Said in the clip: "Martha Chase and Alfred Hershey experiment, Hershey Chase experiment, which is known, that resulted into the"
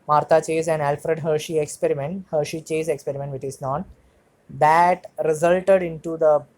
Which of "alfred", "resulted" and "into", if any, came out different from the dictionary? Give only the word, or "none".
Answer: none